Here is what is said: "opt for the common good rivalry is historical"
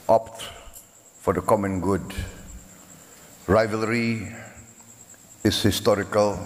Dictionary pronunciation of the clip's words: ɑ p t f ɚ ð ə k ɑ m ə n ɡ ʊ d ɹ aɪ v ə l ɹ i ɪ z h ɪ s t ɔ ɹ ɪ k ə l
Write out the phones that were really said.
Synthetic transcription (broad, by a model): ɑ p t f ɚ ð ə k ɑ m ə n ɡ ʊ d ɹ aɪ v ə l ɹ i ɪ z h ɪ s t ɔ ɹ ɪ k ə l